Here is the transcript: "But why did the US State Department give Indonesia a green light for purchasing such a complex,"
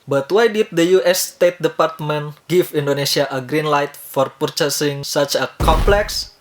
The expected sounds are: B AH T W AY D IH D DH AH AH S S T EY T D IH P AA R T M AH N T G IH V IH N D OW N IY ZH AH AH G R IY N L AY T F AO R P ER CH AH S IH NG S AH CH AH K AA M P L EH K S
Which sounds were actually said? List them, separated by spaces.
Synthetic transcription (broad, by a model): B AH T W AY D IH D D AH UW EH S T EY T D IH P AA R T M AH N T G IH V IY N D OW N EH S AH AH G R IY N L AY T F AO R P ER CH AH S IH NG S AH CH AH K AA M P L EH K S